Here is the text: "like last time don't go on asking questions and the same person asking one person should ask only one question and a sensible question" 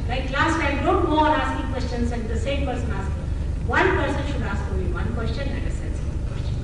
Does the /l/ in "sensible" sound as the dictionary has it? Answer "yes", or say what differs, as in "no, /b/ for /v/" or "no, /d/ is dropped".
no, /n/ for /l/